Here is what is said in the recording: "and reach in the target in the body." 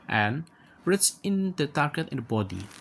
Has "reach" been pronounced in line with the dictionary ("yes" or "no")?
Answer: no